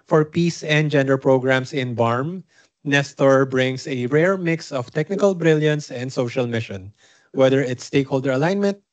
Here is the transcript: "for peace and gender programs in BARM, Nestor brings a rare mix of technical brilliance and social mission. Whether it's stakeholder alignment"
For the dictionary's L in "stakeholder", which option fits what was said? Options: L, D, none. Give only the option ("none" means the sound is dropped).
L